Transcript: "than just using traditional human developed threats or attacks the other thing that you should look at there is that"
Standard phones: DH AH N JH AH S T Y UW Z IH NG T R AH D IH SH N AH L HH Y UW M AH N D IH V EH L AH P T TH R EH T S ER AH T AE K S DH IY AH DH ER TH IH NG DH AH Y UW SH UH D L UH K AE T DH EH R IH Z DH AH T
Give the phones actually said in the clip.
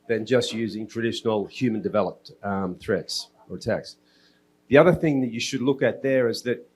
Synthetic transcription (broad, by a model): DH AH N JH AH S T Y UW Z IH NG T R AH D IH SH N L HH Y UW M AH N D IH V EH L AH P T TH R EH T S ER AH T AE K S DH IY AH DH ER TH IH NG DH AH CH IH SH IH D L UH K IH T DH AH R IH Z DH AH T